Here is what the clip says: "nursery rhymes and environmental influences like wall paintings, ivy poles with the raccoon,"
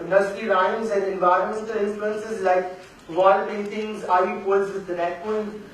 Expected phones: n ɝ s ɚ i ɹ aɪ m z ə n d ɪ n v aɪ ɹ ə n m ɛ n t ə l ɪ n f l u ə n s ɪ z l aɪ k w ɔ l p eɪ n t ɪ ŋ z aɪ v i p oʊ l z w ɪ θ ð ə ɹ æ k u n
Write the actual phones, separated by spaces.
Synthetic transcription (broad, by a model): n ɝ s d i ɹ aɪ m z ə n d ɪ n v aɪ ɹ ə n m ɛ n t ə l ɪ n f l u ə n s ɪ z l aɪ k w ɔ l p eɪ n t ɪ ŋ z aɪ i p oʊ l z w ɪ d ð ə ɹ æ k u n